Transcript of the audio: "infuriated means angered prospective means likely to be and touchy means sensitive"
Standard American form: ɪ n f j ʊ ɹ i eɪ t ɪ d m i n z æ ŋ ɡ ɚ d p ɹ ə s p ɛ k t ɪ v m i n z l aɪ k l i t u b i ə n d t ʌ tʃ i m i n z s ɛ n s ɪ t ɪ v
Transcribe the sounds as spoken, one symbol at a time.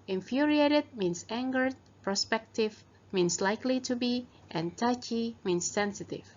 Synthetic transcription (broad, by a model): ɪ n f j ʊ ɹ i eɪ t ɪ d m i n s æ ŋ ɡ ɚ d p ɹ ə s p ɛ k t ɪ v m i n s l aɪ k l i t u b i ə n t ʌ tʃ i m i n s ɛ n s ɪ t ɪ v